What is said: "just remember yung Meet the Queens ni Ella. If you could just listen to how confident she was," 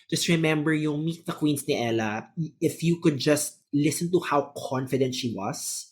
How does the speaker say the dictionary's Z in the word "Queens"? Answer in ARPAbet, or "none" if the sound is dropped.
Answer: S